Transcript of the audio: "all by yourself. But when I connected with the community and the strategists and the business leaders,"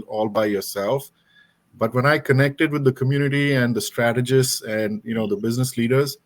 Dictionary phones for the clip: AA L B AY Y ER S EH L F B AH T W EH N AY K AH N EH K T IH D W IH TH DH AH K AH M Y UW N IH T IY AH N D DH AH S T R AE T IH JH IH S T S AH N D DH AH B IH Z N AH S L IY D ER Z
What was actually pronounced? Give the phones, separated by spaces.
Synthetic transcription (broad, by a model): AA L B AY Y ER S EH L F B AH T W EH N AY K AH N EH K T IH D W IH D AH K AH M Y UW N IH T IY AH N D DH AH S T R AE T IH JH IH S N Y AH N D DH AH B IH Z N AH S L IY D ER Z